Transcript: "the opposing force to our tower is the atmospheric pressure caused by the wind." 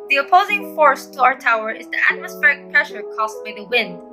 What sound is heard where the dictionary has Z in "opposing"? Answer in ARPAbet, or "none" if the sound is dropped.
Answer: Z